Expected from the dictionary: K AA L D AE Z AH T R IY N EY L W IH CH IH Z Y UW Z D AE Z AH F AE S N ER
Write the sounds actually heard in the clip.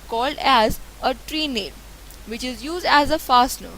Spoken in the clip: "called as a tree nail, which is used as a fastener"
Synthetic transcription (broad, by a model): K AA L D AE Z AH T R IY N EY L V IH CH IH Z Y UW Z D AE Z AH F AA S N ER